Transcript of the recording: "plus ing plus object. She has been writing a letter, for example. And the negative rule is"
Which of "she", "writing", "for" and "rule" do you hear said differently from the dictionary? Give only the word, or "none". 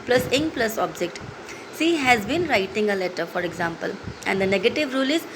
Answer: she